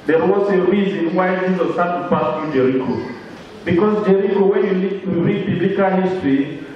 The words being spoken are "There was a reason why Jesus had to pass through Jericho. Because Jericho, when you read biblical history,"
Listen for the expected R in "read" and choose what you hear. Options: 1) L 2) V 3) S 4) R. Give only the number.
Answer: 1